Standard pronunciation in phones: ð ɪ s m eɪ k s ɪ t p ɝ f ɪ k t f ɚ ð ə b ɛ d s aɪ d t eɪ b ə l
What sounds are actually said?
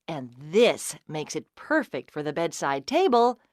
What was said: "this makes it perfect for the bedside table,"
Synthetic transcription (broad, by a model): ð ɪ s m eɪ k s ɪ t p ɝ f ɪ k t f ɚ ð ə b ɛ d s aɪ d t eɪ b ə l